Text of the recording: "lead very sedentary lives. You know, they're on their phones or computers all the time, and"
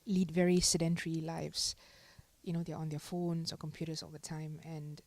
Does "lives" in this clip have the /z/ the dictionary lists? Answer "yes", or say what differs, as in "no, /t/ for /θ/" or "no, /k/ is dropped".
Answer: no, /s/ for /z/